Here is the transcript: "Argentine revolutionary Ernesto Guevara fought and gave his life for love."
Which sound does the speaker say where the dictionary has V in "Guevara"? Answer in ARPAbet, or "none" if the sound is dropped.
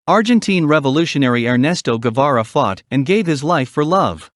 V